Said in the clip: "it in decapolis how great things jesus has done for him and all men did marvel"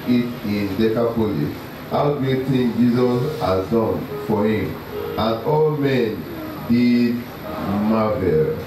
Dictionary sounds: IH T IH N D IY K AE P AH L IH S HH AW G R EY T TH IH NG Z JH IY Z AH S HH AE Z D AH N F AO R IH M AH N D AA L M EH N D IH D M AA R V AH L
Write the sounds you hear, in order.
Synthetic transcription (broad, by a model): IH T IH N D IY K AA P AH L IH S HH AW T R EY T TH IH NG JH IY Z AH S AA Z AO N F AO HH IH M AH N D AA L M EH N D IH D M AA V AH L